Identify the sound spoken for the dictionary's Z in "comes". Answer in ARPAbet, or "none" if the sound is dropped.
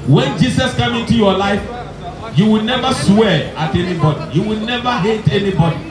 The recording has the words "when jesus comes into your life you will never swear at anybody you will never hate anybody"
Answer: none